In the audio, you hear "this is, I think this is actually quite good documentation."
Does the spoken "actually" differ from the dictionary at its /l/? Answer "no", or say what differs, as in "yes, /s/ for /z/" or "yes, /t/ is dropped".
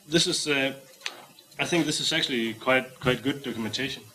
yes, /w/ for /l/